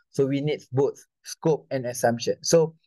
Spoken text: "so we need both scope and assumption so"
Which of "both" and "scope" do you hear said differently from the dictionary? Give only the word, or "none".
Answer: both